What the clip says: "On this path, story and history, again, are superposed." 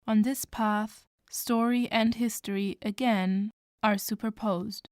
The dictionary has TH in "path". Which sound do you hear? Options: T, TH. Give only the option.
TH